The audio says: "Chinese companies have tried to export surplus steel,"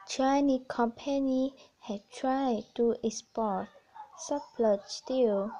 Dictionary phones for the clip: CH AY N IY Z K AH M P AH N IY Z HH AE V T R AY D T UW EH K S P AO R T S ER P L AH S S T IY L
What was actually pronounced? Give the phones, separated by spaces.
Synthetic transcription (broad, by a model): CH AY N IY K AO M P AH N IY HH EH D T R AY D T UW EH S P AO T S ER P L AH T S T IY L